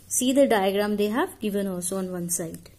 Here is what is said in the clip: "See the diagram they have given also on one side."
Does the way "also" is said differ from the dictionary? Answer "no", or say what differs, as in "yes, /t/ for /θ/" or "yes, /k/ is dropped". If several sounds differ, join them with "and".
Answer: yes, /l/ is dropped